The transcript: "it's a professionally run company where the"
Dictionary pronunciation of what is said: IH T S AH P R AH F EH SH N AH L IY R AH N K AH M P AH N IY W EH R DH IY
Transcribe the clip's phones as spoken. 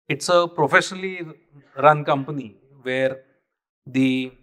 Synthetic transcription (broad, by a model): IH T S AH P R AH F EH SH N AH L IY R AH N K AH M P AH N IY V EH R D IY